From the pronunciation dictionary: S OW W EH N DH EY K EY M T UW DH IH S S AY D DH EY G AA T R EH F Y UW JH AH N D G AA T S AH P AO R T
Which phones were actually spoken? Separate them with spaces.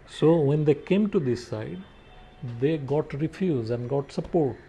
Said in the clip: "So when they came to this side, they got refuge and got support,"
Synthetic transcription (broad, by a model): S OW W EH N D EY K EY M T UW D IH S S AY D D EY G AA T R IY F Y UW Z AH N D G AA T S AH P AO R T